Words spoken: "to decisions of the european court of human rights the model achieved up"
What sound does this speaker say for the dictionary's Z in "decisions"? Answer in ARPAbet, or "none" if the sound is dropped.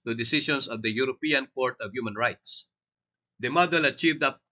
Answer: S